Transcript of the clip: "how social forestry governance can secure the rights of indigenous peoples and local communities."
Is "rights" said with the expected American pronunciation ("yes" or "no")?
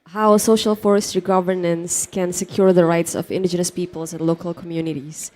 yes